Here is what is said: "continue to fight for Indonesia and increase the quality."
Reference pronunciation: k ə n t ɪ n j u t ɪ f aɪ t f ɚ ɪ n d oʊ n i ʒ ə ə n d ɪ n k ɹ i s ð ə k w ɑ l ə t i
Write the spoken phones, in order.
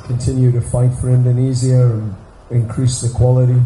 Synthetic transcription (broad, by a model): k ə n t ɪ n j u t ɪ f aɪ t f ɚ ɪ n d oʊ n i z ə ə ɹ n ɪ n k ɹ i s ð ə k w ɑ l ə t i